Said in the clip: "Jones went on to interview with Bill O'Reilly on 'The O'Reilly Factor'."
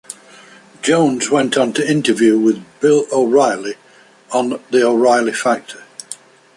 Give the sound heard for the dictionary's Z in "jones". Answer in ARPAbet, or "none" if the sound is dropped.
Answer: Z